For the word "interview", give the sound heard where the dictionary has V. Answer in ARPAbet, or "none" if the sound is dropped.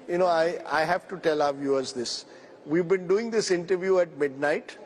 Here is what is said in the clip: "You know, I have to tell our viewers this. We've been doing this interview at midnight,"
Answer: V